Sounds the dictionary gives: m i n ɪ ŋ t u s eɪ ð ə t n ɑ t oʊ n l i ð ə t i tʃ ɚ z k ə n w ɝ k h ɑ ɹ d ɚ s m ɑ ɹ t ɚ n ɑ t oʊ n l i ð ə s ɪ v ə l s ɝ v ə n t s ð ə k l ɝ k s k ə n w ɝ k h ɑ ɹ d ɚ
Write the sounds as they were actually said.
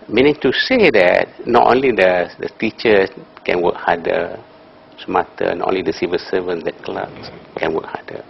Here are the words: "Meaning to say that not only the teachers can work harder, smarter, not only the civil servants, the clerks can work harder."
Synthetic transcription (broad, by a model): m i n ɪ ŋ t u s eɪ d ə t n ɑ t oʊ n l i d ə t i tʃ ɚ k ə n w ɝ k h ɑ d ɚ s m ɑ t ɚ n ɑ t oʊ n l i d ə s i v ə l s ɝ v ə n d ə k l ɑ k s k ə n w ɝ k h ɑ d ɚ